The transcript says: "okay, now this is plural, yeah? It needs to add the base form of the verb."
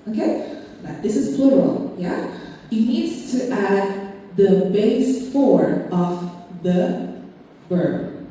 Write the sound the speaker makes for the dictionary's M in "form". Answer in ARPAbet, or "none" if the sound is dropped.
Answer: none